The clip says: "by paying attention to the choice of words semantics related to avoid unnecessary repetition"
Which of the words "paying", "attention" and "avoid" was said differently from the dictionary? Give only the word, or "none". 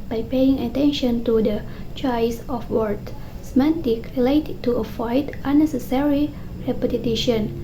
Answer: avoid